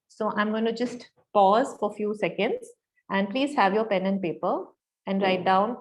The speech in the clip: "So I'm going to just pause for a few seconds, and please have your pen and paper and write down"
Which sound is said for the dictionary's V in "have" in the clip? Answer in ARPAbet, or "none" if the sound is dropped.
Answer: V